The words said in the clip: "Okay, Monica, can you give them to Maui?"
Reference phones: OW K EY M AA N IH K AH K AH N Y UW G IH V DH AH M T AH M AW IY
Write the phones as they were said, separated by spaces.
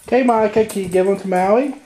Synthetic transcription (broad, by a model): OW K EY M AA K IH AH K AH N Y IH G IH V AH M T AH M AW IY